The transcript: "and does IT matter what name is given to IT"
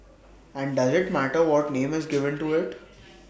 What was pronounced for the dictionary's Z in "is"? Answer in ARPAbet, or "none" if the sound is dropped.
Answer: Z